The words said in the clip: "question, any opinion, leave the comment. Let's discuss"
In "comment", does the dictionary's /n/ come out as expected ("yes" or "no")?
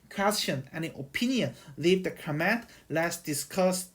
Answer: no